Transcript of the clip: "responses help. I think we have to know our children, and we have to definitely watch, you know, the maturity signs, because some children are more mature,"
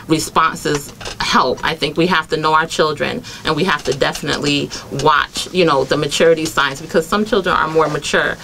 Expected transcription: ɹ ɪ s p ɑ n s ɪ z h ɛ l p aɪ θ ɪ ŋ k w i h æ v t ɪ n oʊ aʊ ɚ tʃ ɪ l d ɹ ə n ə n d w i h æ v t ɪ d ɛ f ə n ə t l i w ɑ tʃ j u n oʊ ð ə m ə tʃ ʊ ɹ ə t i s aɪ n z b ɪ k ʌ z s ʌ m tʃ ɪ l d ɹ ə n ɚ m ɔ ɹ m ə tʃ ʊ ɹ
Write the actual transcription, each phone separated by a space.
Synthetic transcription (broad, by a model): ɹ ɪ s p ɑ n s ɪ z h ɛ l p aɪ θ ɪ ŋ k w i h æ f t ɪ n oʊ aʊ ɚ tʃ ɪ l d ɹ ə n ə n w i h æ f t ɪ d ɛ f ə n ə t l i w ɑ tʃ j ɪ n oʊ ð ə m ə tʃ ʊ ɹ ə t i s aɪ n s b ɪ k ʌ z s ʌ m tʃ ɪ l d ɹ ə n ɚ m ɔ ɹ m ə tʃ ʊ ɹ